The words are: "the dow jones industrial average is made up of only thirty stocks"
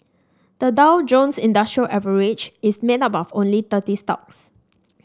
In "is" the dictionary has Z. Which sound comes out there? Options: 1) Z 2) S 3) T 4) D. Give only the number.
2